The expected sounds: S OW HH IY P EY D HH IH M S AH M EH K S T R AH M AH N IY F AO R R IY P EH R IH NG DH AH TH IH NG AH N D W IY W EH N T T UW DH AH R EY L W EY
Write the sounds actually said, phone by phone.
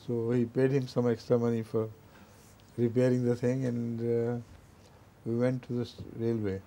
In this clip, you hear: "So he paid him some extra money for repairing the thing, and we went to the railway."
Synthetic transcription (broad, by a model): S OW HH IY P EY D HH IH M S AH M EH K S T R AH M AH N IY F AO R R IY P EH R IH NG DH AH T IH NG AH N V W IY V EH N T T UW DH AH R EY L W EY